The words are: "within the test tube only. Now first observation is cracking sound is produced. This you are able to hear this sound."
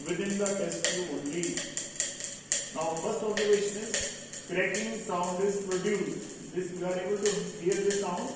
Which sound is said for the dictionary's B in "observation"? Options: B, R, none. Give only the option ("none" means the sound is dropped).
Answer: none